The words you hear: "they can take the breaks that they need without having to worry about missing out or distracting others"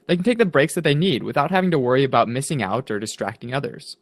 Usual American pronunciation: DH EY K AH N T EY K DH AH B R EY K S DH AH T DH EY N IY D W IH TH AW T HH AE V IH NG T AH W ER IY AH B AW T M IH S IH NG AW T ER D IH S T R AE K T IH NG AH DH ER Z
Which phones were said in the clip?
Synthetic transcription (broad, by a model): DH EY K N T EY K DH AH B R EY K S DH AH T DH EY N IY D W IH TH AW T HH AE V IH NG T AH W ER IY AH B AW T M IH S IH NG AW T ER D IH S T R AE K T IH NG AH DH ER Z